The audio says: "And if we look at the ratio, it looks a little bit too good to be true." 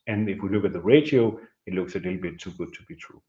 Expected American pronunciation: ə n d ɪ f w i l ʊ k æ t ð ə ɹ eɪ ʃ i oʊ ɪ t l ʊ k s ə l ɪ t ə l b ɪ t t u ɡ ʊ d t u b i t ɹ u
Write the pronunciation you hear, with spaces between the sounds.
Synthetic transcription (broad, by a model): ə n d ɪ f w i l ʊ k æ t ð ə ɹ eɪ ʃ i oʊ ɪ t l ʊ k s ə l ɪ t l b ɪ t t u ɡ ʊ d t u b i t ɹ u